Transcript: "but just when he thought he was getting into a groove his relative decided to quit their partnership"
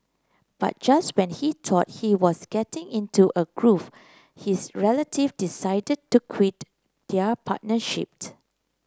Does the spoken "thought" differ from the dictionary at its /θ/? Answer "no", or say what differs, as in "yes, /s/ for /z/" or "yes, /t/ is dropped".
yes, /t/ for /θ/